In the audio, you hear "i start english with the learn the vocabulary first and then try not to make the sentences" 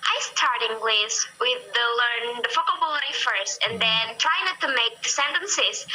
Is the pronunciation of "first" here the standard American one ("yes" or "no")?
yes